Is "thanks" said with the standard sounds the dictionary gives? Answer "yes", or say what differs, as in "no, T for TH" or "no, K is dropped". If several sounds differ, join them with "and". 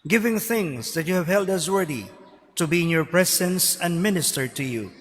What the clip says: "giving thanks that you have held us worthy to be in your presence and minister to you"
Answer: no, K is dropped